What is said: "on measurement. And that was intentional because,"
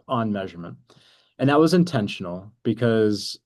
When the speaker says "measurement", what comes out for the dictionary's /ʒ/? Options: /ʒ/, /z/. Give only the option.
/ʒ/